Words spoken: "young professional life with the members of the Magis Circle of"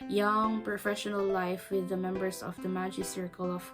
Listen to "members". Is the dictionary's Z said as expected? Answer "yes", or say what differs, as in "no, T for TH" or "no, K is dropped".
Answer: no, S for Z